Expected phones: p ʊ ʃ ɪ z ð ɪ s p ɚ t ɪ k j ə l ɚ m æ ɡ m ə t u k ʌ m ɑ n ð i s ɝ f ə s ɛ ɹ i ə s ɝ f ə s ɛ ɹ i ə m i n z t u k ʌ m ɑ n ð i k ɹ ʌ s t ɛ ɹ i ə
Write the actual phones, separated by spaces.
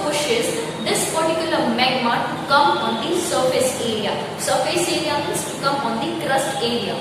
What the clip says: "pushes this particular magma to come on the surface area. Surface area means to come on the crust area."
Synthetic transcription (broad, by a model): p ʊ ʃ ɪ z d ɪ s p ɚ t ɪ k j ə l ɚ m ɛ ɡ m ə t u k ʌ m ɑ n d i s ɝ f ə s ɛ ɹ i ə s ɝ f ə s ɛ ɹ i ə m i z t u k ʌ m ɑ n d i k ɹ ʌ s t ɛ ɹ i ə